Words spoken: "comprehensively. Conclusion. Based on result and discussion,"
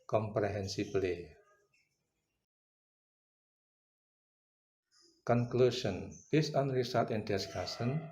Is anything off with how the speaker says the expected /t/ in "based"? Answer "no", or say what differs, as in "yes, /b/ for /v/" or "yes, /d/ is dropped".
yes, /t/ is dropped